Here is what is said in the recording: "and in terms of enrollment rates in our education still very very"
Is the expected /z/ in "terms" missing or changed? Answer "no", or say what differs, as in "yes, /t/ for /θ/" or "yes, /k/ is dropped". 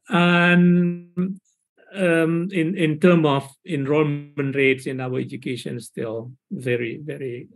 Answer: yes, /z/ is dropped